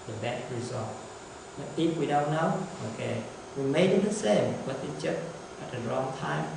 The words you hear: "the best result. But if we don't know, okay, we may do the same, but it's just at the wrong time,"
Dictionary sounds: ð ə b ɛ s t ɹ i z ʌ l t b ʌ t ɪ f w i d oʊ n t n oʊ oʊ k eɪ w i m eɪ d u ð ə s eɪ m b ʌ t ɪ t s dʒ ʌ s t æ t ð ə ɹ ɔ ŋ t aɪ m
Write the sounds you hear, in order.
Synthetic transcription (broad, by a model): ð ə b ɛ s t ɹ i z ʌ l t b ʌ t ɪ p w i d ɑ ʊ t n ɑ oʊ k eɪ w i m eɪ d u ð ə s eɪ m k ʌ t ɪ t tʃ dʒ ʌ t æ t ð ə ɹ ɔ ŋ t aɪ m